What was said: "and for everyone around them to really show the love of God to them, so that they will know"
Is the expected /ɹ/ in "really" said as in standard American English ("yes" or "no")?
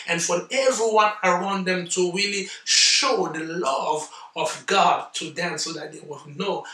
yes